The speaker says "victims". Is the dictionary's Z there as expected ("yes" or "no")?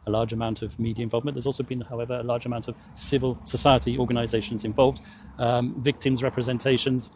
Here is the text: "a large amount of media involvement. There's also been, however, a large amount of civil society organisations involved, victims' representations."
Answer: yes